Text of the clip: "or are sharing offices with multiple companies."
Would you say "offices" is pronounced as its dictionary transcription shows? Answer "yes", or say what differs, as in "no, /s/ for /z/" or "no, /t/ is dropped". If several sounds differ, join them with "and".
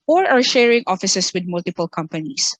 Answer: no, /s/ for /z/